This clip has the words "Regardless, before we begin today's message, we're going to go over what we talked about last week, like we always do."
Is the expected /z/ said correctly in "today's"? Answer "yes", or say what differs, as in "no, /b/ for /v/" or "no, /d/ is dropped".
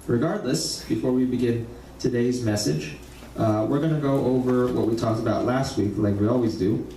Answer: yes